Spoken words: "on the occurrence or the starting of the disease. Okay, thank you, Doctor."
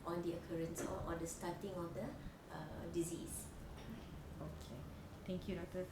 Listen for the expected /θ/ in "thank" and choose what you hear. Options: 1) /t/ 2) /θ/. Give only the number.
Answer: 1